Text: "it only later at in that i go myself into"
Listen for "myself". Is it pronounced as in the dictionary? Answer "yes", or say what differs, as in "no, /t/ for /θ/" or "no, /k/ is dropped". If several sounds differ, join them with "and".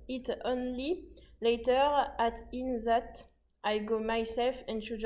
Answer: yes